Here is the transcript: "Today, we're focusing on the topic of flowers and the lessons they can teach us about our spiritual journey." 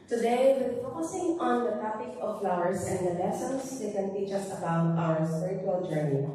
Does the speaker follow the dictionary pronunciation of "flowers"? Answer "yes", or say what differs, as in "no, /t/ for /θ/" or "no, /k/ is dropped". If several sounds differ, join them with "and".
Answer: no, /s/ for /z/